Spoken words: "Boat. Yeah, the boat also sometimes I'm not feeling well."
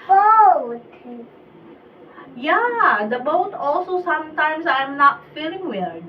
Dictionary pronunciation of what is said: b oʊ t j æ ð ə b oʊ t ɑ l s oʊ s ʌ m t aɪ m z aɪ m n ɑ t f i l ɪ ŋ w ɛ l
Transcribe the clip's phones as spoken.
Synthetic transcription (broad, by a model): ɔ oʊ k j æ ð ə b oʊ t ɑ l s oʊ s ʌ m t aɪ m s aɪ m n ɑ t f i l ɪ ŋ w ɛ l